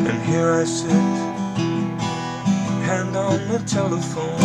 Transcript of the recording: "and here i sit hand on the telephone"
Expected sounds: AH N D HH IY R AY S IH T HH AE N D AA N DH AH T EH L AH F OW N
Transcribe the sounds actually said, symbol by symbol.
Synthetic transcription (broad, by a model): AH N HH IY R AY S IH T HH AE N D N DH AH T EH L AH F OW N